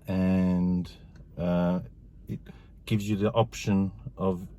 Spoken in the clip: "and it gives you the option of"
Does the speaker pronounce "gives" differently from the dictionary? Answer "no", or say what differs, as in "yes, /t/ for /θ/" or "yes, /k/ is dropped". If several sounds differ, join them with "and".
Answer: no